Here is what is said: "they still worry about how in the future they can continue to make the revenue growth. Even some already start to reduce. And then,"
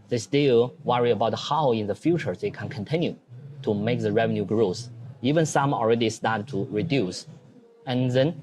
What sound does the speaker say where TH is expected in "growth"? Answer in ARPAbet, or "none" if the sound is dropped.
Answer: S